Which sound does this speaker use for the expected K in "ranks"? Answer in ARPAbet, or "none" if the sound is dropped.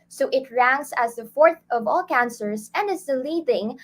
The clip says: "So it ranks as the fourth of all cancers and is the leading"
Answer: none